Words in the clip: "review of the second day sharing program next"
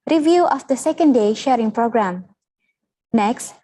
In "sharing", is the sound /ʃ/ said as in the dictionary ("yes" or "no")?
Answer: yes